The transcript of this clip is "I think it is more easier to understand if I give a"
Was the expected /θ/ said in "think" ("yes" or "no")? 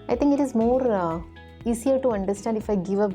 no